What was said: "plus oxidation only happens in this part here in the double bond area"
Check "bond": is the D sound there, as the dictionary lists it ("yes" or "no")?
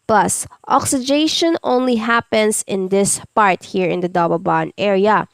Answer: no